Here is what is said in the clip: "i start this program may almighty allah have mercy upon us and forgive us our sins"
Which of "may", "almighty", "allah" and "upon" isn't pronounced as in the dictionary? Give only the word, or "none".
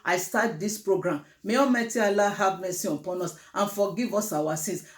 almighty